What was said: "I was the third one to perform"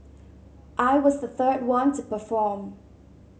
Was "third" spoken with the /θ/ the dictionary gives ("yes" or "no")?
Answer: yes